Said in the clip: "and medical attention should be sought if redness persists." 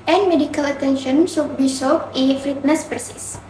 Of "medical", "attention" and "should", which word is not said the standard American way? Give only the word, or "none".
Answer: should